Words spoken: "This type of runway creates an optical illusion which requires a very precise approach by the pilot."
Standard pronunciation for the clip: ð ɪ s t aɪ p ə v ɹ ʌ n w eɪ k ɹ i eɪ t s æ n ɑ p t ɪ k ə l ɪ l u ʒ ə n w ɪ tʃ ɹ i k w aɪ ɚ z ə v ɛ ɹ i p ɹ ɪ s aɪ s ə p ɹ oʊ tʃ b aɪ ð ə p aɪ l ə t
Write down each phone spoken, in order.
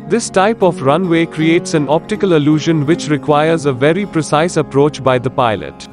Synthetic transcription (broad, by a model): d ɪ s t aɪ p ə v ɹ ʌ n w eɪ k ɹ i eɪ t s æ n ɑ p t ɪ k ə l ɪ l u ʒ ə n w ɪ tʃ ɹ i k w aɪ ɚ z ə v ɛ ɹ i p ɹ ɪ s aɪ s ə p ɹ oʊ tʃ b aɪ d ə p aɪ l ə t